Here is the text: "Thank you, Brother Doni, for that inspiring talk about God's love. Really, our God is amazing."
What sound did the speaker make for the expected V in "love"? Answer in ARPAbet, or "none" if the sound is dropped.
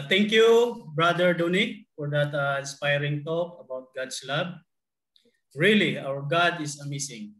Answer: B